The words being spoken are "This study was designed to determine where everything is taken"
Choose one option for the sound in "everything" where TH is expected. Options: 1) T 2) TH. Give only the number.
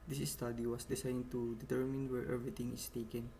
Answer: 1